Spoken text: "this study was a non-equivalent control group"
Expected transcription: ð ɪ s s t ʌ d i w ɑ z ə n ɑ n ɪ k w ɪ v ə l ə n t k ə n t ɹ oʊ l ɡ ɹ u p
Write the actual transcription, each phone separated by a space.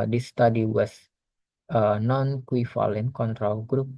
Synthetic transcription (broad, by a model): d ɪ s s t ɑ d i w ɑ s ə n ɑ n k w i f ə l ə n k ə n t ɹ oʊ l ɡ ɹ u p